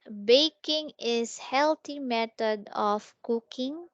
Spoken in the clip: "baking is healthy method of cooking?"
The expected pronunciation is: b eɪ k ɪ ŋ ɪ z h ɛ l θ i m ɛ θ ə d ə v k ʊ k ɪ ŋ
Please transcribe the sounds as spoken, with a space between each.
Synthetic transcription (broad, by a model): b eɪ k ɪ ŋ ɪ s h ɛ l t i m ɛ t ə d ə f k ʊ k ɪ ŋ